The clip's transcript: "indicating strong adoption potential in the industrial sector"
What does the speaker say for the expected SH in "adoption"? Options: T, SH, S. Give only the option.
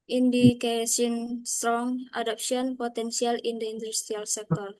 S